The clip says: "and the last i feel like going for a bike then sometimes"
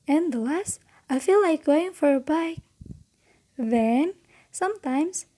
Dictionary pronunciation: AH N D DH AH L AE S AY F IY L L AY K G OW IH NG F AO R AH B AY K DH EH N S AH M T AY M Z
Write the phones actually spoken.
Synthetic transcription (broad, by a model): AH N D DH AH L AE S AY F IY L L AY K G OW IH NG F AO R AH B AY K DH EH N S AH M T AY M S